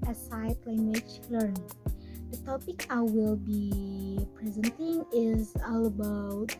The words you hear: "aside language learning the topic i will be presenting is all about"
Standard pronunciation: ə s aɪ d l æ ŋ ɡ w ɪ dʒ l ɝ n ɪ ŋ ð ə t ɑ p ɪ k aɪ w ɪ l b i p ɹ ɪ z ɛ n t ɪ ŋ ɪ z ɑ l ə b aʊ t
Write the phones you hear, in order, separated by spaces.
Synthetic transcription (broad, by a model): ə s aɪ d l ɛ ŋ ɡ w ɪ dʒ l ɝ n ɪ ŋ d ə t ɑ p ɪ k aɪ w ɪ l b i p ɹ ɪ z ɛ n t ɪ ŋ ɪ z ɑ l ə b aʊ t